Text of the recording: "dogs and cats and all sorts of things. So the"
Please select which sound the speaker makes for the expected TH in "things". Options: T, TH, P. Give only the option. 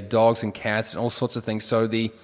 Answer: TH